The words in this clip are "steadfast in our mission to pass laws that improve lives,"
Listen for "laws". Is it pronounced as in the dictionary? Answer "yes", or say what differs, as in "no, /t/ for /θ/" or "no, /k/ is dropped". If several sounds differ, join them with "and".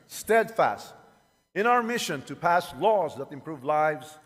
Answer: yes